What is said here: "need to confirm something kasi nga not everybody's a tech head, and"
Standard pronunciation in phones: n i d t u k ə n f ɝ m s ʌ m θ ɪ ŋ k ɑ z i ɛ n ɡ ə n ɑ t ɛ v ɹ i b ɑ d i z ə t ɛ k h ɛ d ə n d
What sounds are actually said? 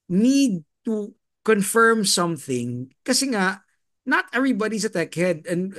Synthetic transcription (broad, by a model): n i d t u k ə n f ɝ m s ʌ m θ ɪ ŋ k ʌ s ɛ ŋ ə n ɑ t ɛ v ɹ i b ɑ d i s ə t ɛ k h ɛ d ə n